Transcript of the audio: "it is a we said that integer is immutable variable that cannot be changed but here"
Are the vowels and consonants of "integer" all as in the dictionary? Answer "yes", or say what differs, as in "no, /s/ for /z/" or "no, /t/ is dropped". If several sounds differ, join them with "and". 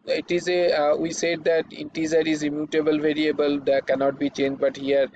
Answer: no, /z/ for /dʒ/